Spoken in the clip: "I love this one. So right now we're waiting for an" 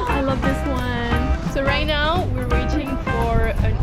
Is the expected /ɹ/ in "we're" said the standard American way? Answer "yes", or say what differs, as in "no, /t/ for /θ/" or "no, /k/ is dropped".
yes